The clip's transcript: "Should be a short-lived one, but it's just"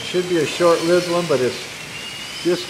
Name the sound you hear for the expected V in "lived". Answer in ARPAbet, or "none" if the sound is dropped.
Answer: none